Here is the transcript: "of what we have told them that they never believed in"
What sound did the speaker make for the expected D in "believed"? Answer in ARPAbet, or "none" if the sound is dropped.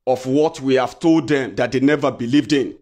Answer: D